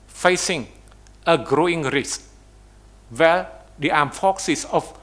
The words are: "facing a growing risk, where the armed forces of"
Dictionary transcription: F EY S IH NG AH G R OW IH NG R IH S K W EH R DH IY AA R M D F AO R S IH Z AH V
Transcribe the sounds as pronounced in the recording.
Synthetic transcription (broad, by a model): F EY S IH NG AH G R OW IH NG R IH S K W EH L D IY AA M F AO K S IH S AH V